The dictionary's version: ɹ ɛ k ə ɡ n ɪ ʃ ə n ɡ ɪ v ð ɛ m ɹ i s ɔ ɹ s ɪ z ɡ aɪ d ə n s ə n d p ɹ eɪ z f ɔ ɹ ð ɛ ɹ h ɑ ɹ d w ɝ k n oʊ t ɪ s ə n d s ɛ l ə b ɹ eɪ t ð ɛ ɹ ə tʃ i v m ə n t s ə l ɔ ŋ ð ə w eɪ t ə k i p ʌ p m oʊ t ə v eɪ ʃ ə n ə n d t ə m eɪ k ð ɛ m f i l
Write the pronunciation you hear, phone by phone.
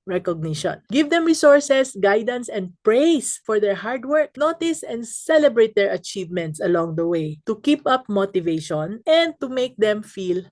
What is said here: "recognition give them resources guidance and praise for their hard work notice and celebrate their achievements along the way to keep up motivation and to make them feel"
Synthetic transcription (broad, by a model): ɹ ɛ k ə ɡ n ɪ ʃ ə n ɡ ɪ v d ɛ m ɹ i s ɔ ɹ s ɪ s ɡ aɪ d ə n s ə n d p ɹ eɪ s f ɔ ɹ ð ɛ ɹ h ɑ ɹ d w ɝ k n oʊ t ɪ s ə n d s ɛ l ə b ɹ eɪ t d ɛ ɹ ə tʃ i v m ə n t s ə l ɔ ŋ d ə w eɪ t ə k i p ʌ p m oʊ t ə v eɪ ʃ ə n ə n d t ə m eɪ k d ɛ m f i l